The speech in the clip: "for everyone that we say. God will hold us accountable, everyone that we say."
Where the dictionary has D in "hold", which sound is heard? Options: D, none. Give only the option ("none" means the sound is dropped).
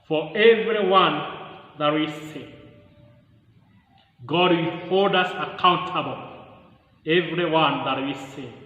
D